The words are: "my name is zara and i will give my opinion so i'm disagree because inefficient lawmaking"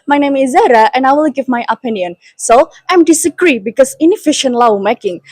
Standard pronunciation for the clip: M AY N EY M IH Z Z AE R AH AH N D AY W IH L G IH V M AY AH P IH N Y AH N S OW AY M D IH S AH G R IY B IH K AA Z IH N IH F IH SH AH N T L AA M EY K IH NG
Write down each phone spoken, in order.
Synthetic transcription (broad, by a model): M AY N EY M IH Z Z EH R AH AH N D AY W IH L G IH V M AY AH P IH N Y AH N S OW AY M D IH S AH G R IY B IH K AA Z IH N IH F IH SH AH N T L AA M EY K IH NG